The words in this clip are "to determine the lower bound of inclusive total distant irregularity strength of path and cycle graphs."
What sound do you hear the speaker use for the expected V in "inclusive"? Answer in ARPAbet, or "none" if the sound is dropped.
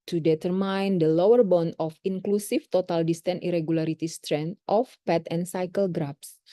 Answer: F